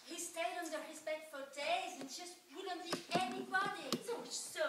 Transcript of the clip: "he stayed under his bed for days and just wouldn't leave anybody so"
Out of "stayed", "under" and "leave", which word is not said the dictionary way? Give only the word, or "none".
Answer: leave